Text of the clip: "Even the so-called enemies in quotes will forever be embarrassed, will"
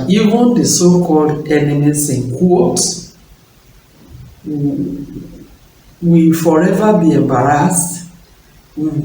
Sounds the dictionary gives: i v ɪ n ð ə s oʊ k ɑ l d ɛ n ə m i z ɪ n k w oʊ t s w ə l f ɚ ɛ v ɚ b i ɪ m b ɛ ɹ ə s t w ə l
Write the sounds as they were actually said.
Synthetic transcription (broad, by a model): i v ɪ n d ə s oʊ k ɑ l d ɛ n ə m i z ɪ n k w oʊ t w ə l f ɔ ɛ v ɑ b i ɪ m b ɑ ɹ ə s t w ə